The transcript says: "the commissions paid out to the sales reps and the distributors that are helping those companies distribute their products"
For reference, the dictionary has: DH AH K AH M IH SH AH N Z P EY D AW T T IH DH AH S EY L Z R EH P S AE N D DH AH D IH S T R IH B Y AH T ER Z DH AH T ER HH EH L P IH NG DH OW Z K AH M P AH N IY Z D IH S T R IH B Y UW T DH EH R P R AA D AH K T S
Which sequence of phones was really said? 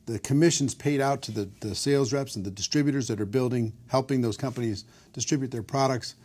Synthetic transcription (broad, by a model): DH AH K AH M IH SH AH N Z P EY D AW T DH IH DH AH S EY L Z R EH P S N DH AH D IH S T R IH B Y AH T ER Z DH AH T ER HH EH L P IH NG DH OW Z K AH M P AH N IY Z D IH S T R IH B Y UW T DH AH R P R AA D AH K T S